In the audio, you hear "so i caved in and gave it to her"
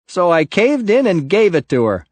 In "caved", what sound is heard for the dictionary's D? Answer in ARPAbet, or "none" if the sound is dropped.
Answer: D